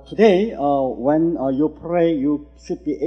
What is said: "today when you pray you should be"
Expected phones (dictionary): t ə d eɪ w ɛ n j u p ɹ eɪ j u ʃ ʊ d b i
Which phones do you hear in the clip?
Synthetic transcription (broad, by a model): t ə d eɪ w ɛ n j u p ɹ eɪ j u s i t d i